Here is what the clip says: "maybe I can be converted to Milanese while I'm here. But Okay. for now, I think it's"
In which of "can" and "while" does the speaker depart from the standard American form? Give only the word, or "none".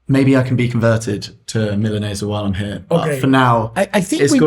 none